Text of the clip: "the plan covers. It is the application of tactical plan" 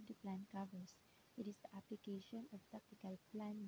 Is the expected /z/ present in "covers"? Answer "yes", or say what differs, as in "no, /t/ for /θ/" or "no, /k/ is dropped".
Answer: no, /s/ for /z/